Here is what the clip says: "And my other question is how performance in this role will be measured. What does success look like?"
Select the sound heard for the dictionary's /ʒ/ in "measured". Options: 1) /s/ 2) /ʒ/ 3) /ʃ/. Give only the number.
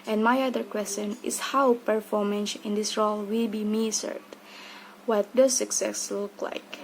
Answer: 1